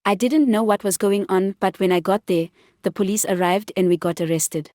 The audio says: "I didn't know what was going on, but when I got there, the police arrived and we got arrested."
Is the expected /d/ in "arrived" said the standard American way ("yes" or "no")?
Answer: yes